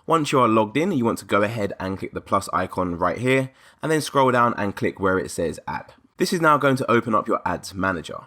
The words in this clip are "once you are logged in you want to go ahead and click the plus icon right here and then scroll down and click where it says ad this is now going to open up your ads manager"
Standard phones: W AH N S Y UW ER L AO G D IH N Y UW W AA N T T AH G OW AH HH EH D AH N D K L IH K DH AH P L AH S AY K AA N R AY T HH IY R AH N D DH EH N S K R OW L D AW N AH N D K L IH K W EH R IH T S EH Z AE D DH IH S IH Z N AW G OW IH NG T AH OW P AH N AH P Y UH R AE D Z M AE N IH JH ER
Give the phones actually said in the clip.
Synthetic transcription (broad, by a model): W AH N S Y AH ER L AO G D IH N Y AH W AA N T T AH G OW AH HH EH D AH N K L IH K DH AH P L AH S AY K AA N R AY T HH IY R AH N DH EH N S K R OW L D AW N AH N K L IH K W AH R IH T S EH Z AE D DH IH S IH Z N AW G OW IH NG T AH OW P AH N AH P Y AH R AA D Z M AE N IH JH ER